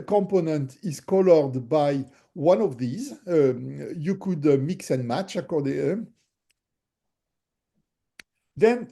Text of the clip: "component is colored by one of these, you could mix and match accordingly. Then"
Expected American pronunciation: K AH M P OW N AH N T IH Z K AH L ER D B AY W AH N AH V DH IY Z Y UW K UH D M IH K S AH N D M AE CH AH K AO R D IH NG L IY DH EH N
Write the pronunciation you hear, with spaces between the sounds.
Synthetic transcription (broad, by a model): K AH M P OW N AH N T IH Z K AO L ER D B AY W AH N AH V DH IY Z Y UW K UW D M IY K S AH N M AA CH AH K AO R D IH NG IY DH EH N